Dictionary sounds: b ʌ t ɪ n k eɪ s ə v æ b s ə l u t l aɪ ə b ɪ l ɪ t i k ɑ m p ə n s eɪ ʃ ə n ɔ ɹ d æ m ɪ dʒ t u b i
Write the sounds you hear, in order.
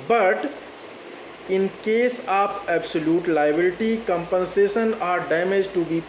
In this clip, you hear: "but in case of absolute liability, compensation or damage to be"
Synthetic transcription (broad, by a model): b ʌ t ɪ n k eɪ s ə p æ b s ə l u t l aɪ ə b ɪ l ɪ t i k ɑ m p ə n s eɪ ʃ ə n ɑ ɹ d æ m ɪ dʒ t u b i